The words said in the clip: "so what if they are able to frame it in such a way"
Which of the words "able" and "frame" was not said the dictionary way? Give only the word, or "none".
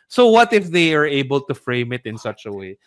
none